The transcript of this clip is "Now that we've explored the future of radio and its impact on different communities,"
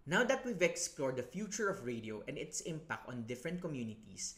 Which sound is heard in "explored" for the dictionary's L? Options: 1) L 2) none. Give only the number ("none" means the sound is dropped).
1